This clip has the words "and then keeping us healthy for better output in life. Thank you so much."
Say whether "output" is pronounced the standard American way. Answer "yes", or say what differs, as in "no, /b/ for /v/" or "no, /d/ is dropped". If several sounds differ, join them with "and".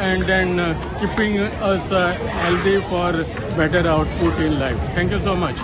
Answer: yes